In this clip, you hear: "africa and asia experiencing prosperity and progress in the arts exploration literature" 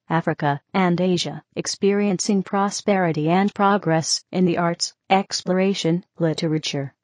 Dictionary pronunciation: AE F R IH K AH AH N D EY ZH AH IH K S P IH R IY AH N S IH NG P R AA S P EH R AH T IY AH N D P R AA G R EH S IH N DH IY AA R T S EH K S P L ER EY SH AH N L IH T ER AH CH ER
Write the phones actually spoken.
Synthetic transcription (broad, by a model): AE F R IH K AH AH N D EY ZH AH IH K S P IH R IY AH N S IH NG P R AA S P EH R AH T IY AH N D P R AA G R EH S IH N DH IY AA R T S EH K S P L ER EY SH AH N L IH T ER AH CH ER